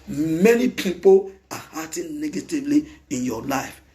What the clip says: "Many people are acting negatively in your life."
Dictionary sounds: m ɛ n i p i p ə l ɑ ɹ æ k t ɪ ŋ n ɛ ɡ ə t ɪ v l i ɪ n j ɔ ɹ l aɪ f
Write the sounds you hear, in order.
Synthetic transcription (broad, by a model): m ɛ n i p i p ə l ɑ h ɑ t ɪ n n ɛ ɡ ə t ɪ v l i ɪ n j ɔ l aɪ f